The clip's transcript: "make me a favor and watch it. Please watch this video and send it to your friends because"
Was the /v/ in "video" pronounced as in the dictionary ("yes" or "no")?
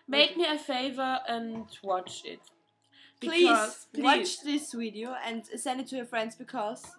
no